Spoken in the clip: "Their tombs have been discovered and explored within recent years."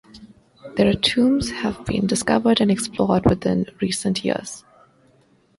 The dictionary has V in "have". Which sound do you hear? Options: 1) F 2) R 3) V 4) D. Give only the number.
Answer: 3